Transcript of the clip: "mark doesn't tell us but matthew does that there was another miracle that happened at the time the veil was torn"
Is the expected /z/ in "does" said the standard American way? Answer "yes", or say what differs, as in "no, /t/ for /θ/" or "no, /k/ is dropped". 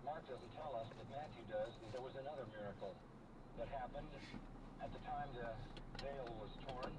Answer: yes